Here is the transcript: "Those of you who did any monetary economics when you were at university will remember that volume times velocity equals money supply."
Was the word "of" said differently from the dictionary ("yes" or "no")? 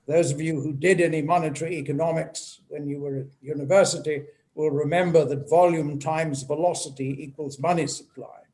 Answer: no